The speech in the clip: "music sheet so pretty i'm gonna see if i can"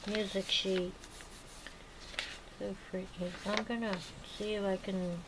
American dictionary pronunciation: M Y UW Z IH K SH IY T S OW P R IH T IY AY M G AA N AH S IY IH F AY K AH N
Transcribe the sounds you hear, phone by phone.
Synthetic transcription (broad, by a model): M Y UW Z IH K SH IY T S OW F R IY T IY AY M G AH N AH S IY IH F AY K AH N